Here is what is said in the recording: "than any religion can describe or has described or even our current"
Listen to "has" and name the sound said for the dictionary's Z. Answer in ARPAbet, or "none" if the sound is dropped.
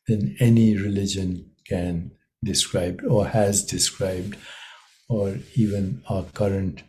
Z